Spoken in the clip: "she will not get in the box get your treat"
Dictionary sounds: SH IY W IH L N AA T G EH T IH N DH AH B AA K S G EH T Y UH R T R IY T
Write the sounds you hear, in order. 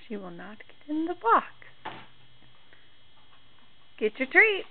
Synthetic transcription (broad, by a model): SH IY W IH L N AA T G EH T IH N DH AH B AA K G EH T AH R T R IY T